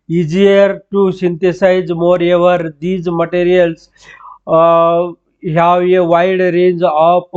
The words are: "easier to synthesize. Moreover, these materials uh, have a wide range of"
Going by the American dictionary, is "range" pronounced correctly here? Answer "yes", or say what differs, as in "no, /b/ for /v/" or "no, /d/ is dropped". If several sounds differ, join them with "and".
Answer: yes